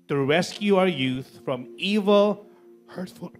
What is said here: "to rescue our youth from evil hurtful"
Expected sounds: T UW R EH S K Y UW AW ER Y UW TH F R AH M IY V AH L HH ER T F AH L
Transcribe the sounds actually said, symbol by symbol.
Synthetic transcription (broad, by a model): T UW R EH S K Y UW AW ER Y UW TH F R AH M IY V AH L HH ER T F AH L